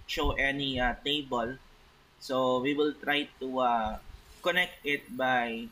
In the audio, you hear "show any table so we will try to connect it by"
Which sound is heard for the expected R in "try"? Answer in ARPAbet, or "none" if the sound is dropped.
R